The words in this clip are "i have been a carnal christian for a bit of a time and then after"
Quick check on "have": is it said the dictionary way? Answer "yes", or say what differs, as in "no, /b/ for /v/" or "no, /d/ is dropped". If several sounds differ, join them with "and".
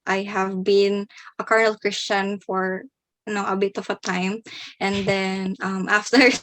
yes